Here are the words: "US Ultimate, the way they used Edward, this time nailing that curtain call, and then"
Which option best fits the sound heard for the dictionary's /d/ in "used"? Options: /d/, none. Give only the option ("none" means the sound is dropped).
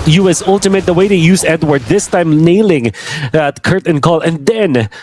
none